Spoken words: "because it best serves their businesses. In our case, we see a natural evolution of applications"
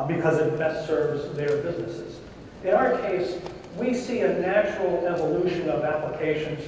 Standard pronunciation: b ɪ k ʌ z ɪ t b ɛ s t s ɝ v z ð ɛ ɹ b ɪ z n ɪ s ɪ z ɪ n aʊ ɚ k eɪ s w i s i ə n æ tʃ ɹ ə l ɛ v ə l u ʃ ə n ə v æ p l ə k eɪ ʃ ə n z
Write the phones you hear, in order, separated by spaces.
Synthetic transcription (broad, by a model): b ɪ k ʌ z ɪ t b ɛ s t s ɝ v z ð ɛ ɹ b ɪ z n ɪ s ɪ z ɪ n aʊ ɚ k eɪ s w i s i ə n æ tʃ ɹ l ɛ v ə l u ʃ ə n ə v æ p l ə k eɪ ʃ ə n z